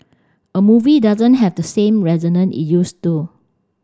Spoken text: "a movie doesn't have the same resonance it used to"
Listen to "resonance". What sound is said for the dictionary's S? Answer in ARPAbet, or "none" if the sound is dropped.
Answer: none